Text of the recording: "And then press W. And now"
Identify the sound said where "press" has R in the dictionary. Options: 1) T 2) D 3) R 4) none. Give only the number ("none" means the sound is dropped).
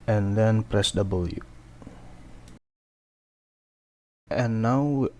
3